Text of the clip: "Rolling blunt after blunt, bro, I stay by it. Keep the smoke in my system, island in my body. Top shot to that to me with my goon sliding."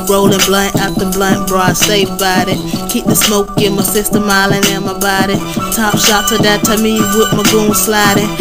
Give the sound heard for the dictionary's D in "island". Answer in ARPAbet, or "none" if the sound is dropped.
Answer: none